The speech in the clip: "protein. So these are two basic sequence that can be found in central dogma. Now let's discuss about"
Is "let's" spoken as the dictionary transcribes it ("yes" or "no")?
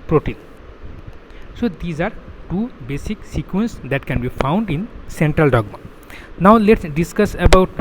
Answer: yes